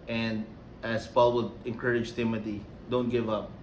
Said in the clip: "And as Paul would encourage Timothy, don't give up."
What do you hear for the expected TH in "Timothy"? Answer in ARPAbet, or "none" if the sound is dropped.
T